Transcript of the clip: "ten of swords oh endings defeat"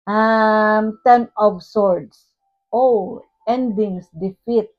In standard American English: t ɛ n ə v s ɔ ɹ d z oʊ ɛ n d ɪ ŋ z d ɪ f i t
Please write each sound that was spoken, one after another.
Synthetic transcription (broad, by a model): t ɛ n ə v s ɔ ɹ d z oʊ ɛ n d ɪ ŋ s d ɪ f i t